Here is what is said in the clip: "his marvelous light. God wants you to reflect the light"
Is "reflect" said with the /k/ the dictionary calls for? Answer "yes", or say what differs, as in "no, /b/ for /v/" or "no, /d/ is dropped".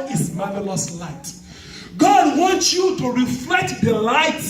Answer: yes